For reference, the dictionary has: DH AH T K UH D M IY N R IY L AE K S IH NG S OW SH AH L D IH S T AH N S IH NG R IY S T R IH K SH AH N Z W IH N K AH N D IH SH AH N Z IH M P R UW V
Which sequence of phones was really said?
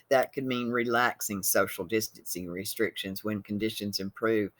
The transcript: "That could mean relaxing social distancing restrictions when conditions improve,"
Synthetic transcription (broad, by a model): DH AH T K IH D M IY N R IY L AE K S IH NG S OW SH L D IH S T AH N S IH R IY S T R IH K SH AH N Z W IH N K AH N D IH SH AH N Z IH M P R UW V